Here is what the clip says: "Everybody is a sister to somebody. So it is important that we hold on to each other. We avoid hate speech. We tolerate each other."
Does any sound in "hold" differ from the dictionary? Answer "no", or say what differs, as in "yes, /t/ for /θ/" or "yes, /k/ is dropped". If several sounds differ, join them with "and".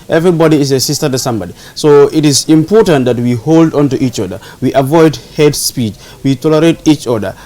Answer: no